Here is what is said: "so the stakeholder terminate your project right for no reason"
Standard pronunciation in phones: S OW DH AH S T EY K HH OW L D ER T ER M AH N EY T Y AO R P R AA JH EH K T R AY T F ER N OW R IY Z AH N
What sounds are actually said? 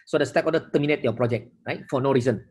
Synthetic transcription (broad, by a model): S OW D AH S T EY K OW D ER T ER M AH N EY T Y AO P R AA JH EH K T R AY T F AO N OW R IY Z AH N